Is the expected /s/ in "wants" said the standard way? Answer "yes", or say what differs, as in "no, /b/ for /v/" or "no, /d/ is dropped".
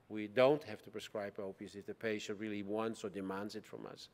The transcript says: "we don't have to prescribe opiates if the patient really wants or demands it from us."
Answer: yes